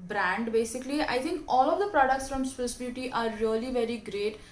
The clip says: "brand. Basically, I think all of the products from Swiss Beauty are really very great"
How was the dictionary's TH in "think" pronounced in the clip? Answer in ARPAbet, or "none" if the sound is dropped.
T